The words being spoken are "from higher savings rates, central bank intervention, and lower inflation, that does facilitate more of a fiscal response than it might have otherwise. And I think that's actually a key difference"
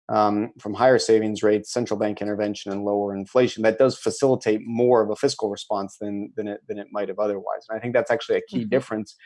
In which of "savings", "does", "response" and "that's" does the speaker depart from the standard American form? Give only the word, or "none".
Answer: none